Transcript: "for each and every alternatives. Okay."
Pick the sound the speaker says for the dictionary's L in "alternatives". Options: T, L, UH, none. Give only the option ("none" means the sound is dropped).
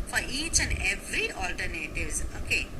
L